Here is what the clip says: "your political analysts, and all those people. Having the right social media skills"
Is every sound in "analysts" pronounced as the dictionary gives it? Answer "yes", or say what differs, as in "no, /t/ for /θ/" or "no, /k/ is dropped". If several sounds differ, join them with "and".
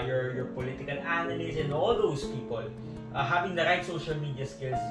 no, /n/ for /l/